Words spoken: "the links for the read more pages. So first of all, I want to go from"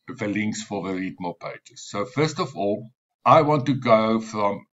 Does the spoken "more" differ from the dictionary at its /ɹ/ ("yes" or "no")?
yes